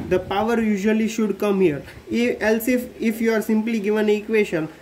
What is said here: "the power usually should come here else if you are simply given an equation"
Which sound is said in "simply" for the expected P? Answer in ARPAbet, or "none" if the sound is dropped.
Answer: P